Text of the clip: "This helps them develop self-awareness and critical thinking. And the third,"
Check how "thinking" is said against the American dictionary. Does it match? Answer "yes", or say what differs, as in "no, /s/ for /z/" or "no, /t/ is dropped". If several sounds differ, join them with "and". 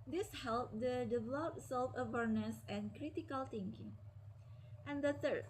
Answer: no, /t/ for /θ/